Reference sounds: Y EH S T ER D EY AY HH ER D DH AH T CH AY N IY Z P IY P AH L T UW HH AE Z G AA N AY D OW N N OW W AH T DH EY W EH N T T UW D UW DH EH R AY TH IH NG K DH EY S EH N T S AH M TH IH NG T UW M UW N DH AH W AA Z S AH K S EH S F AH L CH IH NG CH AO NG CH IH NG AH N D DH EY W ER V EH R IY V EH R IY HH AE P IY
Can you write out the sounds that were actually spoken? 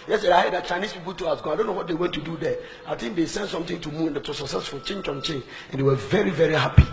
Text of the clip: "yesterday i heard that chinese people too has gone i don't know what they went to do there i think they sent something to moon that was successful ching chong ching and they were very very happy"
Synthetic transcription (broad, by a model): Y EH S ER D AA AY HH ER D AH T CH AY N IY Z P IY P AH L T UW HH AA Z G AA AY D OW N N OW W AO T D EY W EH N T T UW D UW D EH AY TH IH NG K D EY S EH N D S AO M T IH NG T UW M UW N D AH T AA S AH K S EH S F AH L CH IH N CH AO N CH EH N AH N D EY W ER V EH R IY V EH R IY HH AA P IY